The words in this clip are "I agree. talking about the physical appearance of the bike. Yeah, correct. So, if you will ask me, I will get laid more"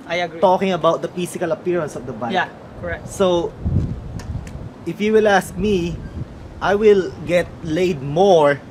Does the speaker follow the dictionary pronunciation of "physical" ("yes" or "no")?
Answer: no